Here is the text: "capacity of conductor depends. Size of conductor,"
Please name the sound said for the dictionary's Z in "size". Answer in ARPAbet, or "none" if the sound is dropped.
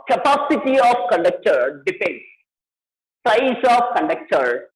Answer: S